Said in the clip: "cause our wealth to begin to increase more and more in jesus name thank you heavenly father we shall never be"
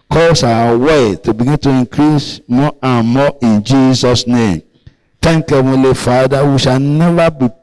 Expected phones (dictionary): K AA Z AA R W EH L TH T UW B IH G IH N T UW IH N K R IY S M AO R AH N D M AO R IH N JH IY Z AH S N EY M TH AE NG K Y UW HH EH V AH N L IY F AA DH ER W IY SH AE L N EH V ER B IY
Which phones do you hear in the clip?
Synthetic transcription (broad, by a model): K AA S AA W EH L T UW B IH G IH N T UW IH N K R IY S M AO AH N M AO IH N JH IY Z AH S N EY M T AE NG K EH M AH L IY F AA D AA W IY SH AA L N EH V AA B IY